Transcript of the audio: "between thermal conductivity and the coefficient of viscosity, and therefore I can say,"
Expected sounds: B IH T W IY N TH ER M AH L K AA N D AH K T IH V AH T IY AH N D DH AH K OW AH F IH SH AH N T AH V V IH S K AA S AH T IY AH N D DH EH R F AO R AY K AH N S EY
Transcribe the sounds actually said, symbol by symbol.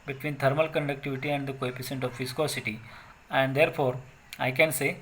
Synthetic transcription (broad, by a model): B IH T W IY N T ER M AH L K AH N D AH K T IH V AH T IY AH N D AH K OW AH P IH S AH N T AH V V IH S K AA S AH T IY AH N D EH R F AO R AY K AH N S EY